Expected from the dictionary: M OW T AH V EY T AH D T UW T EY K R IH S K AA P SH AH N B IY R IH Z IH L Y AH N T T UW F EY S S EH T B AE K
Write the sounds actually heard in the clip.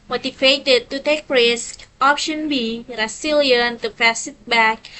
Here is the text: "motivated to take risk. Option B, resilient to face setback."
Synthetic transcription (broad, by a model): M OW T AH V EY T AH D T UW T EY K R IH S K AA P SH AH N B IY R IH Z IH L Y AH N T T UW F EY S S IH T B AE K